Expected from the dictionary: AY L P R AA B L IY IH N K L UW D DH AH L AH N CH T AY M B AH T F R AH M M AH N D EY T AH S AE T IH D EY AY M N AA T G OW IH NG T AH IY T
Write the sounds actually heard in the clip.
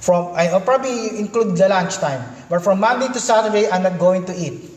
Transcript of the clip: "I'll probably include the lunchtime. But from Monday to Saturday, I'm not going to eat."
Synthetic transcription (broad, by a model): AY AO P R AA B L IY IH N K L UW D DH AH L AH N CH T AY M B AH T F R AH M M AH N D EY T AH S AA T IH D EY AY M N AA T G OW IH NG T AH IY T